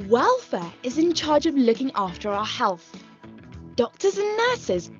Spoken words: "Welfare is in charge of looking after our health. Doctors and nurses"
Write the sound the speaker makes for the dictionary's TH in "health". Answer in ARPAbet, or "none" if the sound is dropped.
TH